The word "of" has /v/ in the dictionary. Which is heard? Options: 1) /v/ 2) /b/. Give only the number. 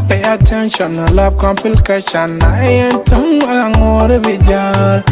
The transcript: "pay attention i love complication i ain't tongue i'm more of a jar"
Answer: 2